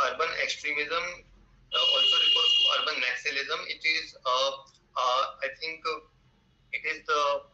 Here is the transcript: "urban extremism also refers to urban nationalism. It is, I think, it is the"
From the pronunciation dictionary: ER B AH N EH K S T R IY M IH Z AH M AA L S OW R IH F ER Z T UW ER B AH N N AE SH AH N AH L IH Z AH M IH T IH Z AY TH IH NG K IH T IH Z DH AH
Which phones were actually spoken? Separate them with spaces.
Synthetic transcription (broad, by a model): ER B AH N EH K S T R IY M IH Z AH M AA L S OW R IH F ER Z T UW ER B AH N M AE S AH AH L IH Z AH M IH T IH Z AY T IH NG K IH T IH Z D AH